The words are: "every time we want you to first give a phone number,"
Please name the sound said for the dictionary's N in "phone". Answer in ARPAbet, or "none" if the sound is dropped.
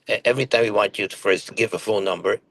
L